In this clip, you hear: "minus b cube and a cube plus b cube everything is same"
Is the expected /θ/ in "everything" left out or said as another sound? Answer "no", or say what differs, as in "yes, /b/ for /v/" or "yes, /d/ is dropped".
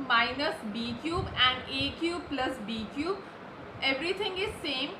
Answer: yes, /t/ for /θ/